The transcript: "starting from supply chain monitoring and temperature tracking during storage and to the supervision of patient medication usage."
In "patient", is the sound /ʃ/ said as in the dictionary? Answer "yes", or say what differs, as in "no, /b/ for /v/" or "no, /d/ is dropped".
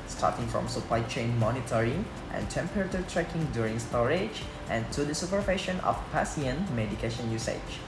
no, /s/ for /ʃ/